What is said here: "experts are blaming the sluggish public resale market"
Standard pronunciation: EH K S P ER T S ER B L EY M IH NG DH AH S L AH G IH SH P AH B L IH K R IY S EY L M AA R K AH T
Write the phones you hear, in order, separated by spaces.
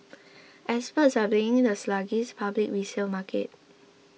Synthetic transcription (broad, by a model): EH S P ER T S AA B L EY IH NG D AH S L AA G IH S P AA B L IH K R IY S EY L M AA K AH T